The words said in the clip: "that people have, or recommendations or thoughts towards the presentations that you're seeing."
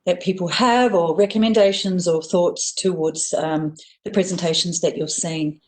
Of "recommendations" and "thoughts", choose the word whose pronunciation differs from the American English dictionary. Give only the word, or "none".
none